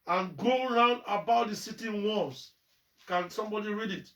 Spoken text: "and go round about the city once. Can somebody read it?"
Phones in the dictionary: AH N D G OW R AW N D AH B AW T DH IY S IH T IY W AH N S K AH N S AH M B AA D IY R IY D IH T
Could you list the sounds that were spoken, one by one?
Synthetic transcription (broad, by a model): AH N G OW R AW N D AH B AW T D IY S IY T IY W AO S K AH N S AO M B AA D IY R IY D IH T